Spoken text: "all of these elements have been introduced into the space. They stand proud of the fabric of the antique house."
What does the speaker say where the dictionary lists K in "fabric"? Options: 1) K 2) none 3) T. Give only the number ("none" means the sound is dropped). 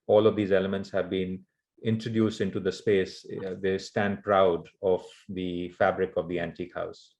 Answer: 1